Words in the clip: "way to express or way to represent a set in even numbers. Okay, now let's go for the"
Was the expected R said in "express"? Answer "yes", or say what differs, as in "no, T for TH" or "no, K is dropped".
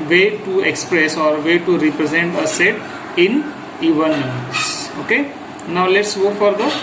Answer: yes